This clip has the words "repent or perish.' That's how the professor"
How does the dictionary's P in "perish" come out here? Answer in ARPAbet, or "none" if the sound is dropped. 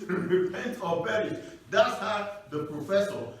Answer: B